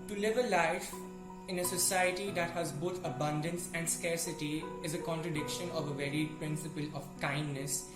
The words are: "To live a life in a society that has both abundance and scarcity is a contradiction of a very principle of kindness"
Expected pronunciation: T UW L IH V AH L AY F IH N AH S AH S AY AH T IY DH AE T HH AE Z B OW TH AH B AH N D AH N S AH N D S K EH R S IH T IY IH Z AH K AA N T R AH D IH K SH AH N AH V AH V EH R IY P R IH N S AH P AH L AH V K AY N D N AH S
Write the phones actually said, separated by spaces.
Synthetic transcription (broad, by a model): T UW L IH V AH L AY F IH N AH S AH S AY AH T IY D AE T HH AE Z B OW T AH B AH N D AH N S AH N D S K EH R S IH T IY IH Z AH K AA N T R AH D IH K SH AH N AH V AH V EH R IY P R IH N S AH P AH L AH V K AY N D N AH S